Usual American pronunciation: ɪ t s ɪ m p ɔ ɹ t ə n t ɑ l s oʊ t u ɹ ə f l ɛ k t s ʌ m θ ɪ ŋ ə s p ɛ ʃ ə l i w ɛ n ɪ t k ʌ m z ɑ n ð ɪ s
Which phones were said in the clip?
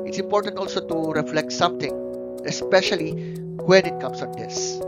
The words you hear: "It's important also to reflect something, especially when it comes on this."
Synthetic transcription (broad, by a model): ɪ t s ɪ m p ɔ ɹ t ə n t ɑ l s oʊ t u ɹ ə f l ɛ k t s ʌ m t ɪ ŋ ə s p ɛ ʃ ə l i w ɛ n ɪ t k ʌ m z ɑ n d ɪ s